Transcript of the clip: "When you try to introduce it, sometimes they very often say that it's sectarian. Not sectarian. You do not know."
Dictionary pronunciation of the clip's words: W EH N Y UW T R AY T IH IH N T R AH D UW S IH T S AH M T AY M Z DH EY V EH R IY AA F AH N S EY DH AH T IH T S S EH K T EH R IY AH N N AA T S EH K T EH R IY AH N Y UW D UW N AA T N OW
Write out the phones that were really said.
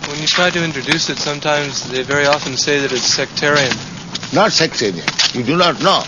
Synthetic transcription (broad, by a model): W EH N Y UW T R AY T IH IH N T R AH D UW S IH T S AH M T AY M Z DH EY V EH R IY AA F AH N S EY DH AH T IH T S S EH K T EH R IY AH N N AA T S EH K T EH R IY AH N Y UW D UW N AA T N OW